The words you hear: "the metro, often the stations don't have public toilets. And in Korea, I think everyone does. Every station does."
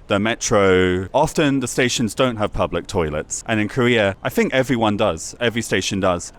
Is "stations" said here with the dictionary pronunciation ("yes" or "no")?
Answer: yes